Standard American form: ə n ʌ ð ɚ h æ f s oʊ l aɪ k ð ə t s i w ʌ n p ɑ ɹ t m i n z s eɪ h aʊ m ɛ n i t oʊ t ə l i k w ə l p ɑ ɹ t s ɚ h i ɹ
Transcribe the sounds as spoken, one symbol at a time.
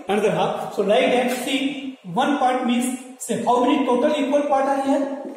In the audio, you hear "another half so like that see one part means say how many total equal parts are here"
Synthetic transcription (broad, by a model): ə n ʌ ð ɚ h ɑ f s oʊ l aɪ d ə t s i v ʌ n p ɑ ɹ t m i n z s eɪ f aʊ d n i t oʊ t ə l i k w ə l p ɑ ɹ t ɑ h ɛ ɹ